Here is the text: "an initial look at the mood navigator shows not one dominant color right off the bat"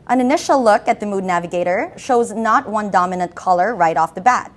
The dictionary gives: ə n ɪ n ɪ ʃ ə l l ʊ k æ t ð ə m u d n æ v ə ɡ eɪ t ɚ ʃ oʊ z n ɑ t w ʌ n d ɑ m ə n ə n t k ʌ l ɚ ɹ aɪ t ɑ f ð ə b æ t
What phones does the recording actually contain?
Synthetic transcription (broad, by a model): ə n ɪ n ɪ ʃ l l ʊ k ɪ t ð ə m u d n æ v ə ɡ eɪ t ɚ ʃ oʊ z n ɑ t w ʌ n d ɑ m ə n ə n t k ʌ l ɚ ɹ aɪ t ɑ f ð ə b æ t